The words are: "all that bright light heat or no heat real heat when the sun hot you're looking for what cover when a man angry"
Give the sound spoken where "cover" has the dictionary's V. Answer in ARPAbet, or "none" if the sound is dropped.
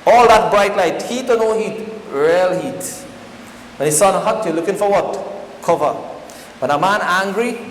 V